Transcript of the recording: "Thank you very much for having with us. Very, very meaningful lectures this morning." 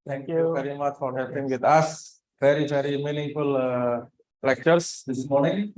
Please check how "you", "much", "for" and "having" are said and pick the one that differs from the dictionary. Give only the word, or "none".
having